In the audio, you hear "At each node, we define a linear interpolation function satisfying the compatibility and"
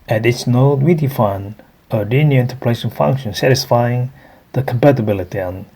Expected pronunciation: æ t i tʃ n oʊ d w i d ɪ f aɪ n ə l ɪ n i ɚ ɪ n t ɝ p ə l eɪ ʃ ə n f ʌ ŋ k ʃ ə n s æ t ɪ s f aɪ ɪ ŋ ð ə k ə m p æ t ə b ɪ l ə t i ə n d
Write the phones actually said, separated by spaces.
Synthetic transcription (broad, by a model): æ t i s n oʊ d w i d ɪ f aɪ n ə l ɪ n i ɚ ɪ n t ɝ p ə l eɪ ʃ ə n f ʌ ŋ k ʃ ə n s æ t ɪ s f aɪ ɪ ŋ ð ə k ə m p æ t ə b ɪ l ə t i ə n